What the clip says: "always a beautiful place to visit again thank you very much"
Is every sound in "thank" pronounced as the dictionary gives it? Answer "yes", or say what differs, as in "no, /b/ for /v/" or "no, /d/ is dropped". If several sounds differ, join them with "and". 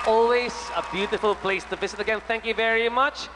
yes